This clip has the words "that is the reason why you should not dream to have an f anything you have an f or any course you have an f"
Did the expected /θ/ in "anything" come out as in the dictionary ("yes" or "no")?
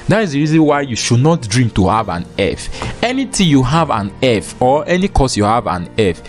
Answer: no